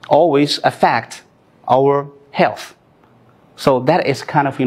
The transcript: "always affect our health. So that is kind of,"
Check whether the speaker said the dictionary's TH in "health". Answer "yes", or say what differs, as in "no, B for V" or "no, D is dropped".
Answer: yes